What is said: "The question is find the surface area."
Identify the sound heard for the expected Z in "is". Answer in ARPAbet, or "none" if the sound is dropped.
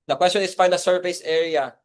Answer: S